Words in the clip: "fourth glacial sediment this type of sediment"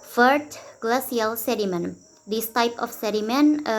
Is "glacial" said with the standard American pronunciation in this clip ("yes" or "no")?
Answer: no